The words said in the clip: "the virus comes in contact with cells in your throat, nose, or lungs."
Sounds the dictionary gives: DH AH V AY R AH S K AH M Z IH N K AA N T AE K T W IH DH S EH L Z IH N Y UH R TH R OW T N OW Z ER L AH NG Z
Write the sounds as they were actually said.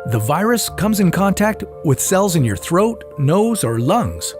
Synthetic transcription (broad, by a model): DH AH V AY R AH S K AH M Z IH N K AA N T AE K T W IH DH S EH L Z IH N Y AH R TH R OW T N OW Z ER L AH NG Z